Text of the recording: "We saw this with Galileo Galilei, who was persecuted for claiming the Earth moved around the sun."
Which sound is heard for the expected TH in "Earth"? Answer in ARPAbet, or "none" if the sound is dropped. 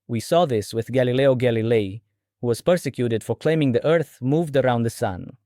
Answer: TH